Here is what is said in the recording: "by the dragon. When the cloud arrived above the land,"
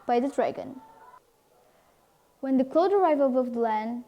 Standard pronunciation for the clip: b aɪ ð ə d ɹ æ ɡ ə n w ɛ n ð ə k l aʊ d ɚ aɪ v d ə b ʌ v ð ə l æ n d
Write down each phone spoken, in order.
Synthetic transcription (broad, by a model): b aɪ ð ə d ɹ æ ɡ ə n w ɛ n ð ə k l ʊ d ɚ aɪ v ə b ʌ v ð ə l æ n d